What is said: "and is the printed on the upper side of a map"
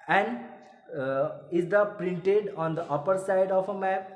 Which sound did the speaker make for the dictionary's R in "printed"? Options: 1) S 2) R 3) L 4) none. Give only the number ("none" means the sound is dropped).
2